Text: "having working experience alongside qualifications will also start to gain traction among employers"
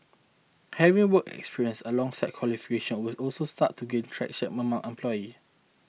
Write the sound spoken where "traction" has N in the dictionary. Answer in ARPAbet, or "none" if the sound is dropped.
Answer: none